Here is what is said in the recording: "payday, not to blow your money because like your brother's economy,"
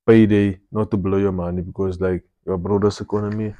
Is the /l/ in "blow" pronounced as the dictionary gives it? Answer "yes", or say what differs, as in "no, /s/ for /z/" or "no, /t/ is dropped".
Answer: yes